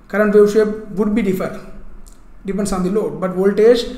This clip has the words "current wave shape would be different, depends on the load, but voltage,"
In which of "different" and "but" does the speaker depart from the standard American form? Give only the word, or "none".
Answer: different